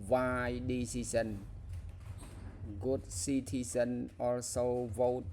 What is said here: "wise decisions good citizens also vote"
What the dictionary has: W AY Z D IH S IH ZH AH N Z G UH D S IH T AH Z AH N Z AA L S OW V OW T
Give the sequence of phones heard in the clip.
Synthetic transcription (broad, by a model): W AY D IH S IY S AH N G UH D S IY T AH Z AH N AA L S OW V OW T